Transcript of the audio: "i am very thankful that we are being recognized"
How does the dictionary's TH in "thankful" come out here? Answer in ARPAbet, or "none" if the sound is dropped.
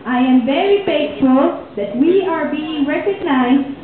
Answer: F